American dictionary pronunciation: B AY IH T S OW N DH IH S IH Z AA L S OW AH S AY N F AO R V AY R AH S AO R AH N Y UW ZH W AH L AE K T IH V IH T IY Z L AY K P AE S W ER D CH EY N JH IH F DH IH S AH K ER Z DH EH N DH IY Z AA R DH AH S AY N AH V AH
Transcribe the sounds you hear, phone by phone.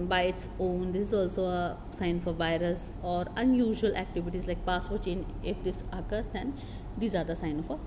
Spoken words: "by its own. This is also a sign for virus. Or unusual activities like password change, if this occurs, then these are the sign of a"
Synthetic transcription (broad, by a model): B AY IH T S OW N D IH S IH Z AA L S OW AH S AY N F AO R V AY R AH S AO R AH N Y UW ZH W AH L AE K T IH V IH T IY Z L AY K P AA S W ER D CH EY N IH F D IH S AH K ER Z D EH N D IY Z AA R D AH S AY N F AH